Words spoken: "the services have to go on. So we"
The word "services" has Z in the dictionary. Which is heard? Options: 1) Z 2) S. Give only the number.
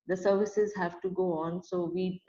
1